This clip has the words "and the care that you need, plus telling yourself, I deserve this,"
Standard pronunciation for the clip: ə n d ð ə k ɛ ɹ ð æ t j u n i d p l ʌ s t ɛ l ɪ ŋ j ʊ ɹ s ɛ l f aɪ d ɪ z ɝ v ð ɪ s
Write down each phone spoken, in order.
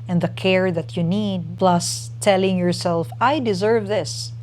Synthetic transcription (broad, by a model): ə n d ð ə k ɛ ɹ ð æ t j u n i d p l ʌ s t ɛ l ɪ ŋ j ʊ ɹ s ɛ l f aɪ d ɪ z ɝ v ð ɪ s